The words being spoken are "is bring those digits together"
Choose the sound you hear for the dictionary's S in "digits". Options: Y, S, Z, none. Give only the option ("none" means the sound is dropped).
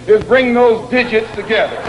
S